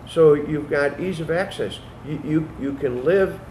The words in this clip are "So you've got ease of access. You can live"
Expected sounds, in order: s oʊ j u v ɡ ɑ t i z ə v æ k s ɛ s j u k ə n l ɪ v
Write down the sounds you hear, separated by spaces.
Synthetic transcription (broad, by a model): s oʊ j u v ɡ ɑ t i z ə v æ k s ɛ s j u k ə n l ɪ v